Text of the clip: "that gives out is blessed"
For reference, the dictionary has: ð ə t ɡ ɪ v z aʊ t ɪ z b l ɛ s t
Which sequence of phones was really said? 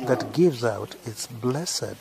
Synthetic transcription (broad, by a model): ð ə t ɡ ɪ v z aʊ t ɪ s b l ɛ s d